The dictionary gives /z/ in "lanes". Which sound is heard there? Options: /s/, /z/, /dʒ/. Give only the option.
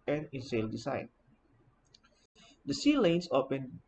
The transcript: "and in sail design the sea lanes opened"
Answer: /s/